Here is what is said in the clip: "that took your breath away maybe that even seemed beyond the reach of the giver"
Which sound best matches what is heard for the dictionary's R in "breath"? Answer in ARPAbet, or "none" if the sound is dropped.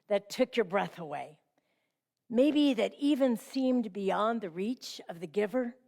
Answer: R